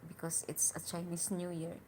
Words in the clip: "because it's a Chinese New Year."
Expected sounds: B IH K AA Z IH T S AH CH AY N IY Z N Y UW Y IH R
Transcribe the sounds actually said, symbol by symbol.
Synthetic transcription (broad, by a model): B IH K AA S IH T S AH CH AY N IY S N Y UW Y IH R